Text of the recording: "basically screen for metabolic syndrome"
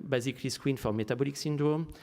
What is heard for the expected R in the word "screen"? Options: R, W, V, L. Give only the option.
W